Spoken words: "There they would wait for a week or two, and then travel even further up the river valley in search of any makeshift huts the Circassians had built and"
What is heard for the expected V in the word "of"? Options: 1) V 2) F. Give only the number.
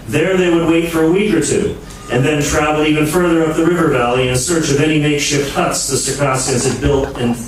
1